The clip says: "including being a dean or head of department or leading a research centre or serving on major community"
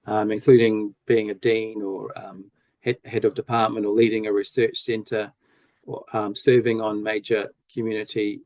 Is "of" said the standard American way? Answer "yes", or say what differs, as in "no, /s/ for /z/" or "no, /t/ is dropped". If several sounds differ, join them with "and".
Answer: yes